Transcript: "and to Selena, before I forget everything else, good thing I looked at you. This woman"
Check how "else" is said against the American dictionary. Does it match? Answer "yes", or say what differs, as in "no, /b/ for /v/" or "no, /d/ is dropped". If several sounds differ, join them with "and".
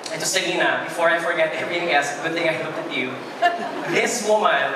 no, /l/ is dropped